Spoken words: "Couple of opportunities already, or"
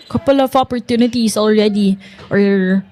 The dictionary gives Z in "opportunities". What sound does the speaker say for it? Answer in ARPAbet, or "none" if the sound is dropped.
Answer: S